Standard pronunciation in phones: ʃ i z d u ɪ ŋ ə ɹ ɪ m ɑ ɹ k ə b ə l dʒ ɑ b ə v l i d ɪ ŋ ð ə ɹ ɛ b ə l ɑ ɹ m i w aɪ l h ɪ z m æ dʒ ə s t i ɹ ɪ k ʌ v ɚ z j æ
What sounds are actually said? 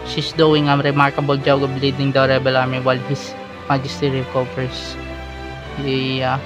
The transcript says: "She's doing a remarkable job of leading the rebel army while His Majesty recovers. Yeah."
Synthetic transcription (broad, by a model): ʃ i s d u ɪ ŋ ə ɹ ɪ m ɑ ɹ k ə b ə l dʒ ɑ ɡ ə b l i d ɪ ŋ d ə ɹ ɛ b ə l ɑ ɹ m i w aɪ l h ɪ s m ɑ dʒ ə s t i ɹ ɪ k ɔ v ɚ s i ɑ